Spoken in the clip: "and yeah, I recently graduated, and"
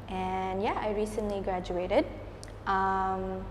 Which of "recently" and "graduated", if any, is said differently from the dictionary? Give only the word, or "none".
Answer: none